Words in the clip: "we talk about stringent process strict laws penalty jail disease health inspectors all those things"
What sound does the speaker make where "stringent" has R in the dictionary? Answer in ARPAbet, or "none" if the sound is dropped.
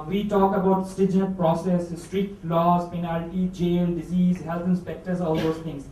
none